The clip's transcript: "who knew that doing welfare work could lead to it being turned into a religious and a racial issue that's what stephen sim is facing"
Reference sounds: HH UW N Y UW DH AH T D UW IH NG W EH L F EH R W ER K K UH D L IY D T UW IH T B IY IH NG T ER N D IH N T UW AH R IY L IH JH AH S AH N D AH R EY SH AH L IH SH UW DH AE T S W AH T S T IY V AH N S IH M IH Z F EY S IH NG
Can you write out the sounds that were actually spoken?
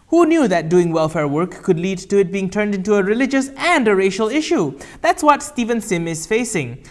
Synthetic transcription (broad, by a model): HH UW N Y UW DH AH T D UW IH NG W EH L F EH R W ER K K UH D L IY D T UW IH T B IY IH NG T ER N D IH N T UW AH R IY L IH JH AH S AH N D AH R EY SH AH L IH SH UW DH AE T S W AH T S T IY V AH N S IH M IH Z F EY S IH NG